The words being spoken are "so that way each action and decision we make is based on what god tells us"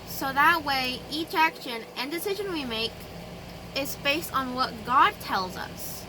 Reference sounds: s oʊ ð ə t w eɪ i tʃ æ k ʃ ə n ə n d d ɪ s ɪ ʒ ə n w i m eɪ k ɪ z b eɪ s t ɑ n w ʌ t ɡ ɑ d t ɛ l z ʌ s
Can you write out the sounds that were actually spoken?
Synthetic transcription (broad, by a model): s oʊ ð ə t w eɪ i tʃ æ k ʃ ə n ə n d d ɪ s ɪ ʒ ə n w i m eɪ k ɪ z b eɪ s t n w ʌ t ɡ ɑ d t ɛ l z ʌ s